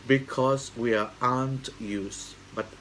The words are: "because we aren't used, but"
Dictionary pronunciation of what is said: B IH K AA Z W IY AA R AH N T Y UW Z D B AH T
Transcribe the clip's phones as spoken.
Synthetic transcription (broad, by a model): B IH K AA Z W IY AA AH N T Y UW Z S B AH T